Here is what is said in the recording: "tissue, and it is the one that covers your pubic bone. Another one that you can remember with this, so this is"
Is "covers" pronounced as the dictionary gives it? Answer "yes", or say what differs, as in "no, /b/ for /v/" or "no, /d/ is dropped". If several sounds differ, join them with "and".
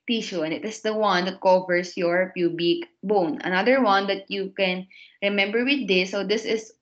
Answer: no, /s/ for /z/